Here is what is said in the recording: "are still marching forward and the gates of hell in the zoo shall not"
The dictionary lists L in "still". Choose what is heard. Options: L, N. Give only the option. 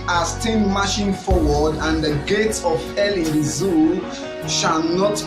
N